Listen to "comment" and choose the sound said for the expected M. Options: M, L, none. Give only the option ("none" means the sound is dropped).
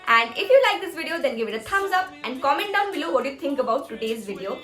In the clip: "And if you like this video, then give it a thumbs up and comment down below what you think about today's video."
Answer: M